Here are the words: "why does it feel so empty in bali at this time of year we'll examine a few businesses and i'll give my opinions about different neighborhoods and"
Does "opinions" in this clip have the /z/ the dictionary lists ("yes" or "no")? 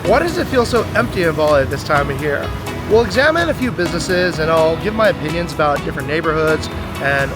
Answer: yes